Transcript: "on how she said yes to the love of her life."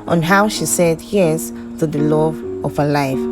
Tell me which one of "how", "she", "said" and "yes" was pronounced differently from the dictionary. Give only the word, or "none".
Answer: none